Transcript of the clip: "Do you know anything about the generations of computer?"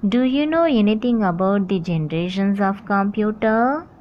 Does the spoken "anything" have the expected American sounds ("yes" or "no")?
no